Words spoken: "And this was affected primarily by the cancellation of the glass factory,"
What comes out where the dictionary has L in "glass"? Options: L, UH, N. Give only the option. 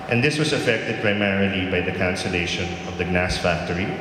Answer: N